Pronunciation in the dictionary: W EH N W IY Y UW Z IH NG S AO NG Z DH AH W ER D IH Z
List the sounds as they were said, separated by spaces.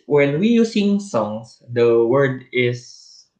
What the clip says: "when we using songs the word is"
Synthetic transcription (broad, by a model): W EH N W IY Y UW S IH NG S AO NG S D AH W ER D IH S